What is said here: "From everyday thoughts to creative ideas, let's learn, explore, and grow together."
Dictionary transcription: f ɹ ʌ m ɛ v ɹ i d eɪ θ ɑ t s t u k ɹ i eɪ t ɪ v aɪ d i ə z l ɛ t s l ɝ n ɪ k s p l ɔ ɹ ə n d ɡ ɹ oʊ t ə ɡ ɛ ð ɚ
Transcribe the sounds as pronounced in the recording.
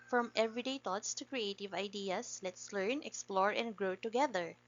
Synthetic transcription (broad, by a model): f ɹ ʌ m ɛ v ɹ i d eɪ t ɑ t s t u k ɹ i eɪ t ɪ v aɪ d i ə s l ɛ t s l ɝ n ɪ k s p l ɔ ɹ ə n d ɡ ɹ oʊ t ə ɡ ɛ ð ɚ